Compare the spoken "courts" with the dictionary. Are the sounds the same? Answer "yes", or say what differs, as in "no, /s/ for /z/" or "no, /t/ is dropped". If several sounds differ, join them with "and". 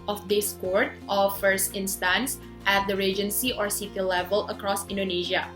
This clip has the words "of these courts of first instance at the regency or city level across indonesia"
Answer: no, /s/ is dropped